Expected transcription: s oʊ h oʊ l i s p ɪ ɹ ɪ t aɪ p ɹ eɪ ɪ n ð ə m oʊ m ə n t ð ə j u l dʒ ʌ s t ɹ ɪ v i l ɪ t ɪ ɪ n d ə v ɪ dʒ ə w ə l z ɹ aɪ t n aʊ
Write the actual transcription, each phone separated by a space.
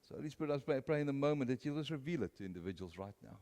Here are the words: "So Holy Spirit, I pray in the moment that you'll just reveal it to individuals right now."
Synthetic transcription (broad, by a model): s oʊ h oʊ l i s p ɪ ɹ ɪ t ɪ p ɹ eɪ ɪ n ð ə m oʊ m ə n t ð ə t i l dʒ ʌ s ɹ ɪ v i l ɪ t ɪ ɪ n d ə v ɪ dʒ ə w ə l z ɹ aɪ t n aʊ